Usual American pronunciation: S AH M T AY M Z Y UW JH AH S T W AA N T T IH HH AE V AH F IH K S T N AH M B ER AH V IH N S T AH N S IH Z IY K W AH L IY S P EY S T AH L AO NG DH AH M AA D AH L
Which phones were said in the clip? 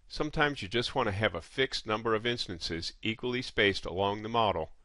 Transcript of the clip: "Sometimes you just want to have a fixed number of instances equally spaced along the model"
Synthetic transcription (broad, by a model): S AH M T AY M Z Y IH JH AH S T W AA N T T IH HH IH V AH F IH K S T N AH M B ER AH V IH N S T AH N S IH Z IY K W AH L IY S P EY S T AH L AO NG DH AH M AA D L